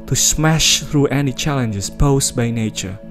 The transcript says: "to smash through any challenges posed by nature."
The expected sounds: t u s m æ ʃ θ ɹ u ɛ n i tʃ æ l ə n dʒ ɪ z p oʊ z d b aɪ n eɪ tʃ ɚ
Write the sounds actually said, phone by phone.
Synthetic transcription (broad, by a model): t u s m æ ʃ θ ɹ u ɛ n i tʃ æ l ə n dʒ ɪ s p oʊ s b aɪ n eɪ tʃ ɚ